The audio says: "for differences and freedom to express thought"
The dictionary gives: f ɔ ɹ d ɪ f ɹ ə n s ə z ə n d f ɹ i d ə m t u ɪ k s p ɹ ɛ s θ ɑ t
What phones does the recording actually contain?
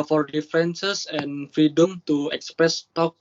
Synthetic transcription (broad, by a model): f ɔ ɹ d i f ə n s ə s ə n f ɹ i d ə m t u ɪ k s p ɹ ɛ s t ɑ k